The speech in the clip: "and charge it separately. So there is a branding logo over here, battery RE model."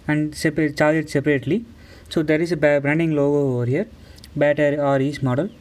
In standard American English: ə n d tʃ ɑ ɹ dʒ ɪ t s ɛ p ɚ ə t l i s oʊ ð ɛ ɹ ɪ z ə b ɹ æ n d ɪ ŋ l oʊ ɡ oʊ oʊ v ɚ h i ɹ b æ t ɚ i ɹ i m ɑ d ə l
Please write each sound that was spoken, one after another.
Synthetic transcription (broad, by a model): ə n d s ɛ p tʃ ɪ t s ɛ p ɚ ə t l i s oʊ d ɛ ɹ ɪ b ə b ɹ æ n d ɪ ŋ l oʊ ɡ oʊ oʊ v ɚ h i ɹ b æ t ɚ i ɹ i m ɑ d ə l